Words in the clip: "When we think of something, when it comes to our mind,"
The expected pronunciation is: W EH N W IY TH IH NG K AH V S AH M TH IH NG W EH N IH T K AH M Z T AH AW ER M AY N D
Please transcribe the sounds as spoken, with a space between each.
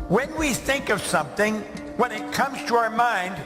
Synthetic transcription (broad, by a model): W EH N W IY TH IH NG K AH V S AH M TH IH NG W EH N IH T K AH M Z T AH AW ER M AY N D